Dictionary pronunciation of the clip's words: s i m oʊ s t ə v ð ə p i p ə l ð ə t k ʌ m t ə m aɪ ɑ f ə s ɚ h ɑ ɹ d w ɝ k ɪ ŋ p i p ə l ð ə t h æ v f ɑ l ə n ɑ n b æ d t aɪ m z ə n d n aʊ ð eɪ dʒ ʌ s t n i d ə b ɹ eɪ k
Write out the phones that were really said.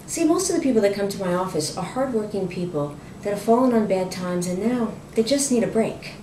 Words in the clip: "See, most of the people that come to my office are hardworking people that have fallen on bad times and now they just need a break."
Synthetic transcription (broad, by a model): s i m oʊ s t ə v ð ə p i p l ð ə t k ʌ m t ə m aɪ ɑ f ə s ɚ h ɑ ɹ d w ɝ k ɪ ŋ p i p l ð ə t h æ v f ɑ l ə n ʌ n b æ d t aɪ m z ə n n aʊ ð eɪ dʒ ʌ s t n i d ə b ɹ eɪ k